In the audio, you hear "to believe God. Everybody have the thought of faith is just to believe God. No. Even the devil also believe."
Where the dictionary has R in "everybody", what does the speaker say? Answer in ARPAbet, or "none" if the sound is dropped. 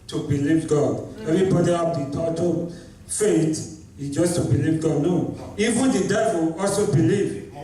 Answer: none